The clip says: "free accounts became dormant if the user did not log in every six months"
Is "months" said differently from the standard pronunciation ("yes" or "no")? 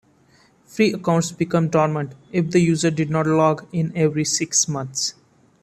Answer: yes